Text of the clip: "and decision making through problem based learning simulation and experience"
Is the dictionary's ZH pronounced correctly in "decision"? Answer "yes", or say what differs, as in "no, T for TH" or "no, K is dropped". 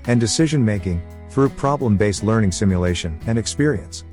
yes